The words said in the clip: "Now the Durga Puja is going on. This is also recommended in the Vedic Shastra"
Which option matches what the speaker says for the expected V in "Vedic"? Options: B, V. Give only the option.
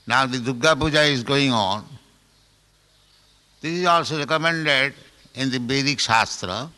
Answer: B